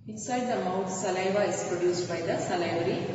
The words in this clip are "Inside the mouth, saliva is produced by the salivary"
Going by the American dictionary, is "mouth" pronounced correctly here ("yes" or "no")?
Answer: no